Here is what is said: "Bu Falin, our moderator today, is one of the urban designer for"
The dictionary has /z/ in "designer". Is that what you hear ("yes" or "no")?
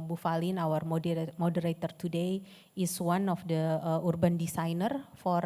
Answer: no